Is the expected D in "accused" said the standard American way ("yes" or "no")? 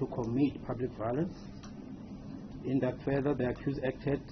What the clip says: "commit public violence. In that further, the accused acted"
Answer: no